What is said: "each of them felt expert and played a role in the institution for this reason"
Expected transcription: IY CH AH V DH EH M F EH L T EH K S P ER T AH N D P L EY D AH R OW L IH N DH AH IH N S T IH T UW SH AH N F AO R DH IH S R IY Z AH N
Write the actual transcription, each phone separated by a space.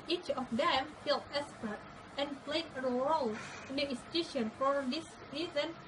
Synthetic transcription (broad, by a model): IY CH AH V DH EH M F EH L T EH S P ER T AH N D P L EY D AH R OW L IH N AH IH S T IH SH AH N F AO R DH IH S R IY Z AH N